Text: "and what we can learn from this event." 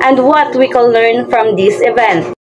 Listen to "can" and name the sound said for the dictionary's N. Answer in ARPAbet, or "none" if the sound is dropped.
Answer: L